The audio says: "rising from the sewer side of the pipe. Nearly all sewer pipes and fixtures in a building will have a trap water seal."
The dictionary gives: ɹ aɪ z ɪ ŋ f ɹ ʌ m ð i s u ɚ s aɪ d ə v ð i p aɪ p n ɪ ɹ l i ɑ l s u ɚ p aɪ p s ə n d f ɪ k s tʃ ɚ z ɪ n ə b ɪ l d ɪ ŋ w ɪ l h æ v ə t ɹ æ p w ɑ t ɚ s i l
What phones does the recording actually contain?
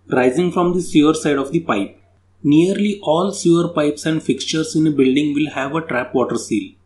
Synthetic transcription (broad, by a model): ɹ aɪ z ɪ ŋ f ɹ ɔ m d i s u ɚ s aɪ d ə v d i p aɪ p n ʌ ɹ l i ɑ l s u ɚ p aɪ p s ə n d f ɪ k s tʃ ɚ s ɪ n ə b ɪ l d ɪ ŋ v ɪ l h æ v ə t ɹ æ p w ɑ t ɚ s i l